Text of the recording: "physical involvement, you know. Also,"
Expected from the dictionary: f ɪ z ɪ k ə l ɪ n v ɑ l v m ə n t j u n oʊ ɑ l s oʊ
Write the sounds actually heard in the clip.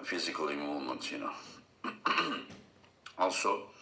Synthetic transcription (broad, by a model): f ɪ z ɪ k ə l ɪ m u v m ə n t j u n oʊ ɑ l s oʊ